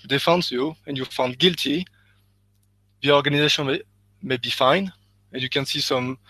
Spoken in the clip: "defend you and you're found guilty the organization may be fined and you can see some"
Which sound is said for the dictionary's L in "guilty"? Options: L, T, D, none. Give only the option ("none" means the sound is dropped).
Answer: L